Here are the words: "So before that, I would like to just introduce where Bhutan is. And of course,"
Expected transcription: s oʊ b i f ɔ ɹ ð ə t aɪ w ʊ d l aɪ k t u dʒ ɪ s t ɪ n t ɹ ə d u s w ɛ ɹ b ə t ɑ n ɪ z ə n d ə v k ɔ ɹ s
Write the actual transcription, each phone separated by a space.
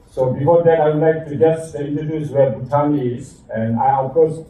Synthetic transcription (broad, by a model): s oʊ b i f ɔ ɹ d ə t aɪ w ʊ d l aɪ k t u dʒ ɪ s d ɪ n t ə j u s w ɛ ɹ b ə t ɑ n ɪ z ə n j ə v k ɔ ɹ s